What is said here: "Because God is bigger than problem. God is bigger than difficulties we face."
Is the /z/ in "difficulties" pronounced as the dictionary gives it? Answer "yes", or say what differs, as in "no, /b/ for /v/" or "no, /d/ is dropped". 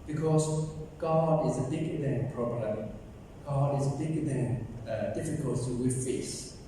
no, /z/ is dropped